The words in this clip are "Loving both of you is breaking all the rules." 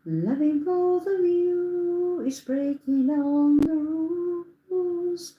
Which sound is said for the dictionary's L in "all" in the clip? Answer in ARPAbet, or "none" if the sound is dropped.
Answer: N